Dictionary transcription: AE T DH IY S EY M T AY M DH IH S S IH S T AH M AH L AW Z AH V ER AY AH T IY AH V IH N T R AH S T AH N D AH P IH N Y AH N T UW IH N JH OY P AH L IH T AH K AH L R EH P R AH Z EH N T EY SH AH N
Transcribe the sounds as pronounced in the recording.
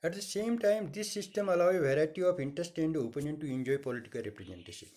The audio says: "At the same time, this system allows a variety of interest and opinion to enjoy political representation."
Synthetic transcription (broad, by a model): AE T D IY S EY M T AY M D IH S S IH S T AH M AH L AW AH V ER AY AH T IY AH P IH N T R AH S T AH N D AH P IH N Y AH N T UW IH N JH OY P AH L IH T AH K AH L R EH P R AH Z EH N T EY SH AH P